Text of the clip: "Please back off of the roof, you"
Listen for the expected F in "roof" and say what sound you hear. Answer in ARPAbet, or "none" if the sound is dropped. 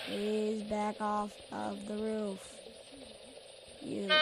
F